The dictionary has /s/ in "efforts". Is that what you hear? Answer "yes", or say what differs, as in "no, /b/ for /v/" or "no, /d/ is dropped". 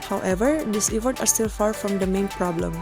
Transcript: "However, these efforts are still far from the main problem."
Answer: no, /s/ is dropped